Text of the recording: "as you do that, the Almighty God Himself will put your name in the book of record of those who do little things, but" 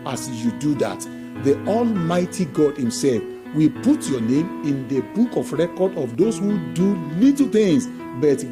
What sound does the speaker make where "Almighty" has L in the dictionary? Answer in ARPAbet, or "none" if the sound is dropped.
L